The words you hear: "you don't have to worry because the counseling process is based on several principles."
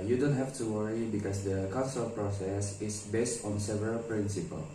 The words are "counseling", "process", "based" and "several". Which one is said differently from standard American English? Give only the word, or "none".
counseling